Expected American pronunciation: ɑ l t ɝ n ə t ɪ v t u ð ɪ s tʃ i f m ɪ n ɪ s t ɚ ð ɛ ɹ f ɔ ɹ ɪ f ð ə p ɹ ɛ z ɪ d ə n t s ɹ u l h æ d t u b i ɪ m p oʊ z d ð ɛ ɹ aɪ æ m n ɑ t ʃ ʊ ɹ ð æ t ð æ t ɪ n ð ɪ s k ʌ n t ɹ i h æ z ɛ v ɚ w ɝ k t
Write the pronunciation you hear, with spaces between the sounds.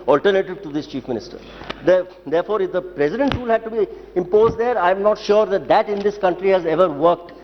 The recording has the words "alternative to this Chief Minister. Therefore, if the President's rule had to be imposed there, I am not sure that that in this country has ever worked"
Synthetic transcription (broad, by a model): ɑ l t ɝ n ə t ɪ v t u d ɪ s tʃ i f m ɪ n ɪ s t ɚ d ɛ ɹ f ɔ ɹ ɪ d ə p ɹ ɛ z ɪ d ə n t ɹ u l h æ d t u b i ɪ m p oʊ z d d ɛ ɹ aɪ m n ɑ t ʃ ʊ ɹ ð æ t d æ t ɪ n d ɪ s k ʌ n t ɹ i h æ z ɛ v ɚ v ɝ k t